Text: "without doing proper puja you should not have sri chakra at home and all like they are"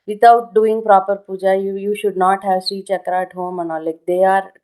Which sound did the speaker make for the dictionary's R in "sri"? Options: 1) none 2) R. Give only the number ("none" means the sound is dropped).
1